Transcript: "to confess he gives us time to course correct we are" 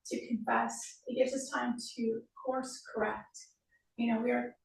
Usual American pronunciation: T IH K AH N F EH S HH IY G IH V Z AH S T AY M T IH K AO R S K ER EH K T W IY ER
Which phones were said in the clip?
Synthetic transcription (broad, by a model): T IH K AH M F EH S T G IH V Z AH S T AY M T IH K AO R S K ER EH K T W IY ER